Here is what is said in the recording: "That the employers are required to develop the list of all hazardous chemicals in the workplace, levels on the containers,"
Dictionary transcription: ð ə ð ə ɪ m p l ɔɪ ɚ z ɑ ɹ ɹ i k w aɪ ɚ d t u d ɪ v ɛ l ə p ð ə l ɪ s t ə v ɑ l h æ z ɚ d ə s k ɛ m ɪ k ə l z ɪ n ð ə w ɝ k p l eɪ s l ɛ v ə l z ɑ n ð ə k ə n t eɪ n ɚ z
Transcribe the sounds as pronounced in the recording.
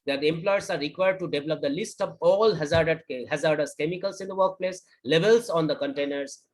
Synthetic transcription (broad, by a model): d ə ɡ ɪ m p l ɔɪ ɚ s ɑ ɹ ɹ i k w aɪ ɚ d t u d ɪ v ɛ l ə p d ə l ɪ s t ə v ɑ l h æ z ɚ d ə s k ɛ m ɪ k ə l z ɪ n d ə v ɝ k p l eɪ s l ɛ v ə l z ɑ n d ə k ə n t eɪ n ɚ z